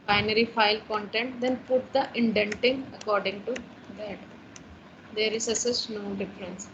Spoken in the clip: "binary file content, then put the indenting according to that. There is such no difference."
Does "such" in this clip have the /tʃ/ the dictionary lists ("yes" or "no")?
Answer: no